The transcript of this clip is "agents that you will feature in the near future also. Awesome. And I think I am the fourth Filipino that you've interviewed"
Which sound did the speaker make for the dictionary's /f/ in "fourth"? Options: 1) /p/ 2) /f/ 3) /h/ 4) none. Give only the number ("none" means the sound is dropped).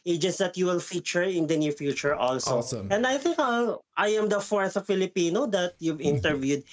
2